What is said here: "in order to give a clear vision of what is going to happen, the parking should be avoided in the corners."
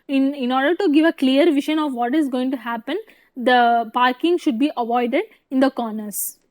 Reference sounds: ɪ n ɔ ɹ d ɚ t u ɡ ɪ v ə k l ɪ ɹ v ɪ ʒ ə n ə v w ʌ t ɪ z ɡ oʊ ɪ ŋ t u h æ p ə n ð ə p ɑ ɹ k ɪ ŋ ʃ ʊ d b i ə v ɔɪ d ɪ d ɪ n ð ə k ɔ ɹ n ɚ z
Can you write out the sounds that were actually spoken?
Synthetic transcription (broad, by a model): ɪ n ɔ ɹ d ɚ t u ɡ ɪ v ə k l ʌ ɹ v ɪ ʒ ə n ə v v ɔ t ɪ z ɡ oʊ ɪ ŋ t u h æ p ə n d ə p ɑ ɹ k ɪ ŋ ʃ ʊ d b i ə v ɔɪ d ɪ d ɪ n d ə k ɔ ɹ n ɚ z